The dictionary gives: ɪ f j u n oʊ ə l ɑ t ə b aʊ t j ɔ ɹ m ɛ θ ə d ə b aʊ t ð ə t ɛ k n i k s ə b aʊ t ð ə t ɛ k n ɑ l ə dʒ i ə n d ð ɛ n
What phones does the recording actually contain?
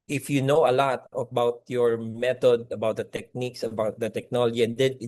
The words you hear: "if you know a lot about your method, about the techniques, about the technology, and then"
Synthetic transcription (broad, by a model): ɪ f j u n oʊ ə l ɑ t ə b aʊ t j ɔ ɹ m ɛ t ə d ə b aʊ t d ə t ɛ k n i k s ə b aʊ t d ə t ɛ k n ɑ l ə dʒ i ə n d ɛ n